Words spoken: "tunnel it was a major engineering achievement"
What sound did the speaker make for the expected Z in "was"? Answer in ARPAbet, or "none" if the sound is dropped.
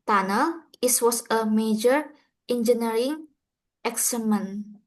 S